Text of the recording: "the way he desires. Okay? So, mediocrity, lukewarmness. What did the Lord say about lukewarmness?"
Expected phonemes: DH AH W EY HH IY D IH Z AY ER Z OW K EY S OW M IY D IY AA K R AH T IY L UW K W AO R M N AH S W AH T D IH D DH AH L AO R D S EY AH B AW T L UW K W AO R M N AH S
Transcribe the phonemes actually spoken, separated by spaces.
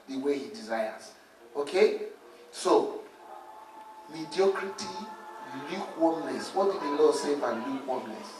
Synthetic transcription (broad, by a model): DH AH W EY HH IY D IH Z AY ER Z OW K EY S OW M IY D IY AA K R AH T IY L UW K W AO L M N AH S W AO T D IH D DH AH L AO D S EY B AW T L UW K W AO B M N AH S